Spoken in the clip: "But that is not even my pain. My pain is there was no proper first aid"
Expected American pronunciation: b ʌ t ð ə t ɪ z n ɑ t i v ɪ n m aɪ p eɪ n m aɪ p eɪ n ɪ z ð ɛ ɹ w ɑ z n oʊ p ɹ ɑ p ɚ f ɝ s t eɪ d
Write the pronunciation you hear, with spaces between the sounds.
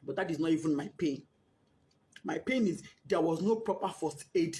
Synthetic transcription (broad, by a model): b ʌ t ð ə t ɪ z n ɑ t i v ɪ n m aɪ p eɪ n m aɪ p eɪ n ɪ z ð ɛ w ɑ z n oʊ p ɹ ɑ p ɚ f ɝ s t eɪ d